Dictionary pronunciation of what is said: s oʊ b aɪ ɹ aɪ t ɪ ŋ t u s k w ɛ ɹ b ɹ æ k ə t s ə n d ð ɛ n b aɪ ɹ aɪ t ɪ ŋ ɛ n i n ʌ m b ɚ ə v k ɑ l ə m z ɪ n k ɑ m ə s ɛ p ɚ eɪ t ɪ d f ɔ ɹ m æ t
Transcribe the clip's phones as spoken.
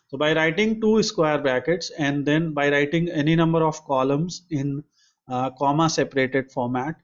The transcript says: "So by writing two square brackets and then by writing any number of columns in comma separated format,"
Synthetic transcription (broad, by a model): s oʊ b aɪ ɹ aɪ t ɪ ŋ t u s k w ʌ ɹ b æ k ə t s ə n d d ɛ n b aɪ ɹ aɪ t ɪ ŋ ɛ n i n ʌ m b ɚ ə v k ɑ l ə m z ɪ n k ɑ m ə s ɛ p ɚ eɪ t ɪ d f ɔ ɹ m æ t